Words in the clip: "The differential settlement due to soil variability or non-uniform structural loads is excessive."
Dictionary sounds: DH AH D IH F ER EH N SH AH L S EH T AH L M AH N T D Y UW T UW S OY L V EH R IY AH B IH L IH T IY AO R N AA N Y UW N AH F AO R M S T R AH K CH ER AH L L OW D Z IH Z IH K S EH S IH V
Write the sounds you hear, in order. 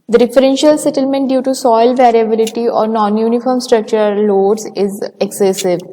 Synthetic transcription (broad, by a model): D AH D IH F ER EH N SH AH L S EH T AH L M AH N T D Y UW T UW S OY L V EH R IY AH B IH L IH T IY AO R N AA N Y UW N AH F AO R M S T R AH K CH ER AH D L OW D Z IH Z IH K S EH S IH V